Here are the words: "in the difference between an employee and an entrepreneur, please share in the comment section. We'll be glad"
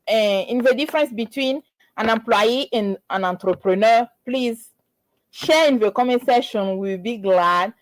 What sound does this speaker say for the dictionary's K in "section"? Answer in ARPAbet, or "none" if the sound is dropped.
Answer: none